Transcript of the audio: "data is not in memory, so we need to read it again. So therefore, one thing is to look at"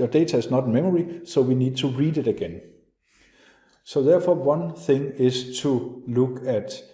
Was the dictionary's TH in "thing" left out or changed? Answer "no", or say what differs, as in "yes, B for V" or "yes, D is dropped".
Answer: no